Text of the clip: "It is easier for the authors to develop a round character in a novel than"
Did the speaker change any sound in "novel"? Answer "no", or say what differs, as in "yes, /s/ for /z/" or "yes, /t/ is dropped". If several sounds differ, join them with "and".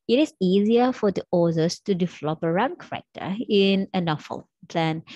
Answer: yes, /f/ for /v/